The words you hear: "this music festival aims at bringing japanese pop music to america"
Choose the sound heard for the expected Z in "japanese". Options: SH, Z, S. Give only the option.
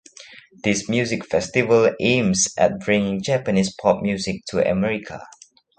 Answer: S